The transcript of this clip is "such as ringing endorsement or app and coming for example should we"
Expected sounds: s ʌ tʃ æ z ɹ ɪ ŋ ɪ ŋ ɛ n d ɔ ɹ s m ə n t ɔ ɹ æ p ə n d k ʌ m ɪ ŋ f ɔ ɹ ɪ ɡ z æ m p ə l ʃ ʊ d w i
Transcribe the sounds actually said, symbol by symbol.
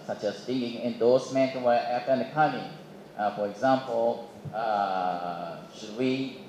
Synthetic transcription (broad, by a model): s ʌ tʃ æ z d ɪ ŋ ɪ ŋ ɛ n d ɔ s m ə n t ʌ w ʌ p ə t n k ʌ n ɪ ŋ f ɔ ɹ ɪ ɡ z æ m p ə l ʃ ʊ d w i